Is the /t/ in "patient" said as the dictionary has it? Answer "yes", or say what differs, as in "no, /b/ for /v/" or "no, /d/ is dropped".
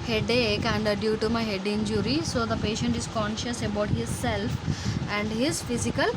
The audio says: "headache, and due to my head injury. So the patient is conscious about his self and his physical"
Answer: yes